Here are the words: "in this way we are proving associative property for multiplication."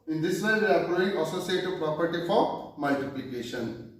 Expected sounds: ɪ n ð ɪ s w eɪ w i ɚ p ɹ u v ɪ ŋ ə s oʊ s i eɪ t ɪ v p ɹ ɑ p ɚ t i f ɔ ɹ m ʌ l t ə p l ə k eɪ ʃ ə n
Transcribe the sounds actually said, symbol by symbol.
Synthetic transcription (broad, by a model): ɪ n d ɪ s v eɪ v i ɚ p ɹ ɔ ɪ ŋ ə s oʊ s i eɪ t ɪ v p ɹ ɑ p ɚ t i f ɔ ɹ m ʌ l t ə p l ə k eɪ ʃ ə n